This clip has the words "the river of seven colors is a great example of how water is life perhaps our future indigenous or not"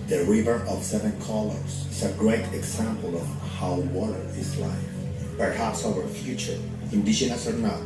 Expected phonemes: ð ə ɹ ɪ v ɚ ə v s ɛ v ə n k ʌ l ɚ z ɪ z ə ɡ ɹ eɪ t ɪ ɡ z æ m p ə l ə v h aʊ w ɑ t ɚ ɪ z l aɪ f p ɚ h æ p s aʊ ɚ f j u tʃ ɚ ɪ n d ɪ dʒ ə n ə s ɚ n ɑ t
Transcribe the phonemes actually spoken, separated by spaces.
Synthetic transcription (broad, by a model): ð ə ɹ ɪ v ɚ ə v s ɛ v ə n k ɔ l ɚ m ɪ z ə ɡ ɹ eɪ t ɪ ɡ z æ m p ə l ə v h aʊ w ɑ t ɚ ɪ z l aɪ f p ɚ h æ p s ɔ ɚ f j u tʃ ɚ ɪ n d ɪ ʃ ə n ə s ɚ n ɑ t